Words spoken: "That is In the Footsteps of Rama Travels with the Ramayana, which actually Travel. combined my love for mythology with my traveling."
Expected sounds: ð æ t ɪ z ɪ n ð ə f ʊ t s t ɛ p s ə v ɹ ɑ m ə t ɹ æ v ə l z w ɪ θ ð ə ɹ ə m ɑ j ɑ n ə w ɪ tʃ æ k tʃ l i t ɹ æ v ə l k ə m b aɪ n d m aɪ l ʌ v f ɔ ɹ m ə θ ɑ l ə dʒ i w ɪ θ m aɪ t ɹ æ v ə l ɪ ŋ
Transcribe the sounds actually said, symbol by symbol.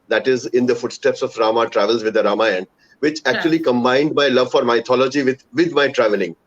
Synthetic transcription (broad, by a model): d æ t ɪ z ɪ n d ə f ʊ t s t ɛ p s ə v ɹ ɑ m ə t ɹ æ v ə l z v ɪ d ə ɹ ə m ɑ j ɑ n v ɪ tʃ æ k tʃ i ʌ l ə k ə m b aɪ n d m aɪ l ʌ v f ɔ ɹ m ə t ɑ l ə dʒ i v ɪ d m aɪ t ɹ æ v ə l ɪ ŋ